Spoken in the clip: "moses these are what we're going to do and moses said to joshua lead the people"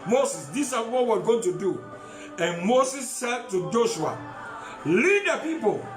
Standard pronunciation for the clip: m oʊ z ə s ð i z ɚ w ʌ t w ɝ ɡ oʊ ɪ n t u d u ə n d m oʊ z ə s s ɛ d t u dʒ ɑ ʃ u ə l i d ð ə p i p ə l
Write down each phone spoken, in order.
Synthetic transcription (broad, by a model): m oʊ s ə s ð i s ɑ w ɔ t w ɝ ɡ oʊ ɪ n t u d u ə n m oʊ s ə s s ɛ d t u dʒ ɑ ʃ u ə l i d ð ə p i p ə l